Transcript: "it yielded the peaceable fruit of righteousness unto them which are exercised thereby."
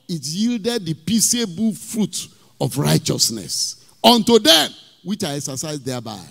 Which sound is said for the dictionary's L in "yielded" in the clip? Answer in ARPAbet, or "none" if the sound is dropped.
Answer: L